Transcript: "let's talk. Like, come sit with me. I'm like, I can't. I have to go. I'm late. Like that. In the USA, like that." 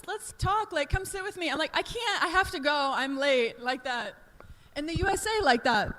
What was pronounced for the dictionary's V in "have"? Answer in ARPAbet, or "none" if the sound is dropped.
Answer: F